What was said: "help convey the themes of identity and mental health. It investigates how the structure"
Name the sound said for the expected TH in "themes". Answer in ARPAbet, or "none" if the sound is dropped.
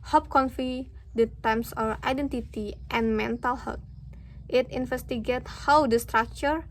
T